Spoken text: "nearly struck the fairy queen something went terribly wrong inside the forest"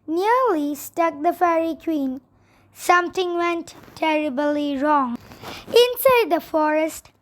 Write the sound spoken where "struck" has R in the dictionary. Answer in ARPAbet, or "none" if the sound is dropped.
none